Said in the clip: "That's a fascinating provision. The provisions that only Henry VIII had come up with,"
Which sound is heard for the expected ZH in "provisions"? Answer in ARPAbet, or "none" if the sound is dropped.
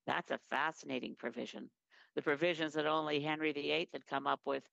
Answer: ZH